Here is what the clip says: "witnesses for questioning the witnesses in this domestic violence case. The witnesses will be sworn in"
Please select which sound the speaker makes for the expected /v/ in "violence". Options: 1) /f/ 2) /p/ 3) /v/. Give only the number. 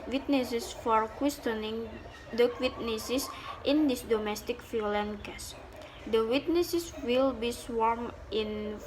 1